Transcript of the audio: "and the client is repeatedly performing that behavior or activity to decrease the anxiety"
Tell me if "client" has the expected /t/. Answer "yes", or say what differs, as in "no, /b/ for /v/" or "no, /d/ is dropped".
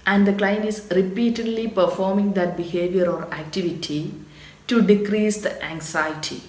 no, /t/ is dropped